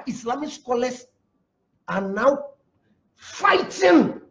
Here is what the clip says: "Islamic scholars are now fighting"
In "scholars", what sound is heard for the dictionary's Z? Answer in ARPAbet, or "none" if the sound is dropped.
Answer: S